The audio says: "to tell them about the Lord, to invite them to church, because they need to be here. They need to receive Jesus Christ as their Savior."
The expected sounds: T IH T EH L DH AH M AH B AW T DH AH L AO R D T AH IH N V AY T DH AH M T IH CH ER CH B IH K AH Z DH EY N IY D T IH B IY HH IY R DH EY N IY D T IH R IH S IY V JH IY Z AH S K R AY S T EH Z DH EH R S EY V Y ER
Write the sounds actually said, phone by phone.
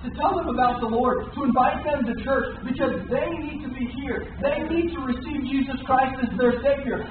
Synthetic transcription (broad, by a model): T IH T EH L DH AH M AH B AW T DH AH L AO R D T AH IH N V AY T DH AH M T IH CH ER CH B IH K AH Z DH EY N IY D T IH B IY HH IY R DH EY N IY D T IH R IH S IY V JH IY Z AH S K R AY S T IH Z DH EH R S EY V Y ER